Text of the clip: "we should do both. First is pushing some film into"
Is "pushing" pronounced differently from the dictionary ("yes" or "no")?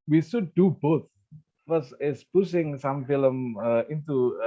yes